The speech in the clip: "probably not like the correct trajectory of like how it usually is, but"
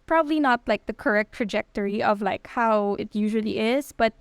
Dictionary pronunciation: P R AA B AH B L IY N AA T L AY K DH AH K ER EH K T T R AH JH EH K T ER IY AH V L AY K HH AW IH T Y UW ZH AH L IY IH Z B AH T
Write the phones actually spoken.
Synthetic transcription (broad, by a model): P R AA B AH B L IY N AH T L AY K DH AH K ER EH K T T R AH JH EH K T ER IY AH V L AY K HH AW IH T Y UW ZH AH L IY IH Z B AH T